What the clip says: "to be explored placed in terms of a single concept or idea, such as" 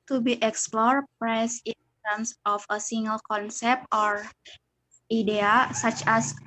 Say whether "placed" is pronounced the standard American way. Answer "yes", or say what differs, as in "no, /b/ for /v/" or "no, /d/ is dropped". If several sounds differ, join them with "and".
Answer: no, /t/ is dropped